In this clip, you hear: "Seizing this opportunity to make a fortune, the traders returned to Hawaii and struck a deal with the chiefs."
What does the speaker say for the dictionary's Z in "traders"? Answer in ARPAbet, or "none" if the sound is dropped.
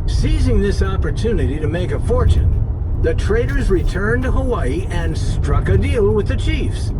Z